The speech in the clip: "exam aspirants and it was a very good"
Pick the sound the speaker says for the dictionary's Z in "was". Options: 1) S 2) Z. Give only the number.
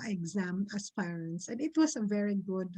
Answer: 1